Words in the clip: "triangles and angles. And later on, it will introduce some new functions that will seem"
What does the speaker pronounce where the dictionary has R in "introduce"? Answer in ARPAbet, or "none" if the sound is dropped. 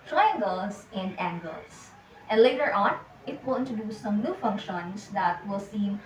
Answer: none